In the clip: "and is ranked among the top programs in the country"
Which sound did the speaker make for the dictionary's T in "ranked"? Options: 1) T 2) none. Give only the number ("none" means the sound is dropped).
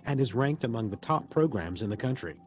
1